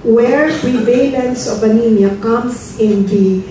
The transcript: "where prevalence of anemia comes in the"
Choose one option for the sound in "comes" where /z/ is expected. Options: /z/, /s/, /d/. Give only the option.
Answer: /s/